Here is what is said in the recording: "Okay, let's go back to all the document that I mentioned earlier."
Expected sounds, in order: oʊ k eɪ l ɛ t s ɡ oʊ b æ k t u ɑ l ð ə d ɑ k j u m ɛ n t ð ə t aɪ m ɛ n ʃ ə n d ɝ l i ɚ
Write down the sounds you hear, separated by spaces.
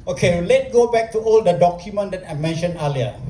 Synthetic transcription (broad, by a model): oʊ k eɪ l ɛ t ɡ oʊ b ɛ k t u ɑ l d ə d ɑ k j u m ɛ n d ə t aɪ m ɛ n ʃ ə n ɝ l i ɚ